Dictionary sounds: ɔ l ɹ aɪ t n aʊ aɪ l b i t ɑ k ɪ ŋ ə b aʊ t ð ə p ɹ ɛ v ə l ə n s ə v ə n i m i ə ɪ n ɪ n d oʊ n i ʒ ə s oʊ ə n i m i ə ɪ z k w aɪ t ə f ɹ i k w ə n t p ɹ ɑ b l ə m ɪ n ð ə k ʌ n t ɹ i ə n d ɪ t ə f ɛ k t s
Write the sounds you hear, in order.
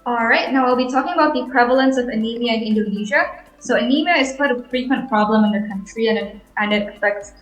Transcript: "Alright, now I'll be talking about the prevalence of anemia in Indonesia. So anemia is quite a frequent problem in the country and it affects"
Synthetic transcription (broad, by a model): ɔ l ɹ aɪ t n aʊ aɪ l b i t ɑ k ɪ ŋ ə b aʊ t ð ə p ɹ ɛ v ə l ə n s ə v ə n i m i ə ɪ n ɪ n d oʊ n i ʒ ə s oʊ ə n i m i ə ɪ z k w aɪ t ə f ɹ i k w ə n p ɹ ɑ b l ə m ɪ n ð ə k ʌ n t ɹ i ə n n ɪ t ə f ɛ k t s